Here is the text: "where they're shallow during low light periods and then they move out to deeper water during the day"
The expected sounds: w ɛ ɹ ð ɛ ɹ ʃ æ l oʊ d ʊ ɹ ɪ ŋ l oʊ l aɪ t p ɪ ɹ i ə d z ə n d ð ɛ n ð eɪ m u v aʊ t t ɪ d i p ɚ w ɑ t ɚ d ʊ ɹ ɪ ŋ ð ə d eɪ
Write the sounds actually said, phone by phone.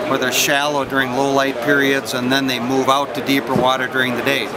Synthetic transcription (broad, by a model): w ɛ ð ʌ ɹ ʃ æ l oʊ d ʊ ɹ ɪ ŋ l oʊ l aɪ t p ɪ ɹ i ə d z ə n ð ɛ n ð eɪ m u v aʊ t t ɪ d i p ɚ w ɑ t ɚ d ʊ ɹ ɪ ŋ ð ə d eɪ